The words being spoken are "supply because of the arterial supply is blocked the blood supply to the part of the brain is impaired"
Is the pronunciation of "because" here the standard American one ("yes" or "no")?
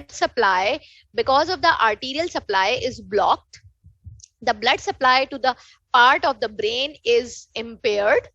yes